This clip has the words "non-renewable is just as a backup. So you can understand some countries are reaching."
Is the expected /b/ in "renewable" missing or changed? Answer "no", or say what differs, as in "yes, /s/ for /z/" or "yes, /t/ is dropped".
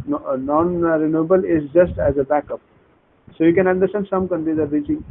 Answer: no